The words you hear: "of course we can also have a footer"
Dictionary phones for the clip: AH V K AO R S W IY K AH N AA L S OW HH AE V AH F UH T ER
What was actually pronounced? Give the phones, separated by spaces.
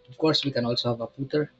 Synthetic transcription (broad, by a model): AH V K AO R S W IY K AH N AA L S OW HH AE V AH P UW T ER